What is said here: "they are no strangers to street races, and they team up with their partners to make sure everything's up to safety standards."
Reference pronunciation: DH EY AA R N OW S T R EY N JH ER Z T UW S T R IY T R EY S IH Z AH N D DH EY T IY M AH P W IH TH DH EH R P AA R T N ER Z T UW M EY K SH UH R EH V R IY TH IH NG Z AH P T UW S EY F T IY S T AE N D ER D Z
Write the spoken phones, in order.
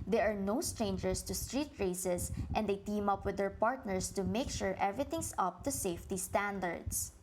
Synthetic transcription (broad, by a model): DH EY AA R N OW S T R EY N JH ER S T UW S T R IY T R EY S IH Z AH N D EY T IY M AH P W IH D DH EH R P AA R T N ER S T UW M EY K SH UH R EH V R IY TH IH NG S AH P T UW S EY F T IY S T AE N D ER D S